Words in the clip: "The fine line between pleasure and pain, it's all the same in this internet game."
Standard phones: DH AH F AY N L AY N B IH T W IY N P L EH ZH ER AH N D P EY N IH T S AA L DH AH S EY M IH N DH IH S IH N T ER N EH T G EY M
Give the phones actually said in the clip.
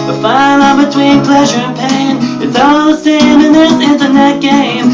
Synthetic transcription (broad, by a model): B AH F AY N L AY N B IH T W IY N P L EH ZH ER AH N P EY IH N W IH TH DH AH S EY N IH N DH IH S IH N T ER N EH T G EY M